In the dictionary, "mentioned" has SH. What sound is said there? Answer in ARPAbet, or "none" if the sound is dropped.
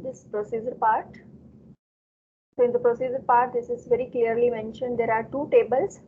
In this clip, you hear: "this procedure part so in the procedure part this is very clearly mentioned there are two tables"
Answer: SH